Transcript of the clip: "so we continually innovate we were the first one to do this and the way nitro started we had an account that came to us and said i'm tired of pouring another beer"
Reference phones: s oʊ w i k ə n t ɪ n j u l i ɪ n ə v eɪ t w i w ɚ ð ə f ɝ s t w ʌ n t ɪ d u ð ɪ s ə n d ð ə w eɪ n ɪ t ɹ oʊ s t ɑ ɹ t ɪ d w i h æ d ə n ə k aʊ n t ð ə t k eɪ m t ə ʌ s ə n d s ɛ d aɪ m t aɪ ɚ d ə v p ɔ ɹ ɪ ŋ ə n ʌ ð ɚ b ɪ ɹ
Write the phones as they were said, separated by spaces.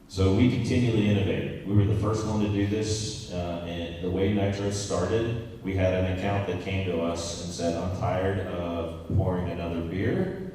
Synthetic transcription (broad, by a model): s oʊ w i k n t ɪ n j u l i ɪ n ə v eɪ t w i w ɚ ð ə f ɝ s t w ʌ n t ɪ d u ð ɪ s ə n ð ə w eɪ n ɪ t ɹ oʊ s t ɑ ɹ t ɪ d w i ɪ d ə n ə k aʊ n ð ə t k eɪ m t ə ʌ s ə n s ɛ d aɪ m t aɪ ɚ d ə v p ɔ ɹ ɪ ŋ ə n ʌ ð ɚ b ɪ ɹ